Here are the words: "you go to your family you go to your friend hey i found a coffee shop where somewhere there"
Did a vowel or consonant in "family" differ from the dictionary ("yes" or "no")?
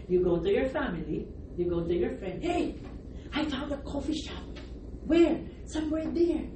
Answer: no